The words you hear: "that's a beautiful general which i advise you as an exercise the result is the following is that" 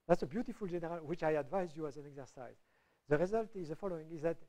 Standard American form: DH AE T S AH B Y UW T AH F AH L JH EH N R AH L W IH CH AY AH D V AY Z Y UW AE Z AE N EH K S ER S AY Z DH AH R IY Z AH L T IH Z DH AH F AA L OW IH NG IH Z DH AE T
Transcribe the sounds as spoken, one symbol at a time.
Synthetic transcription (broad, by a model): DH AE T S AH B Y UW T AH F AH L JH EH N R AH L W IH CH AY AH D V AY Z Y UW AE Z AE N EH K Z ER S AY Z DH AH R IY Z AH L T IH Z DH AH F AA L OW IH NG IH Z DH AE T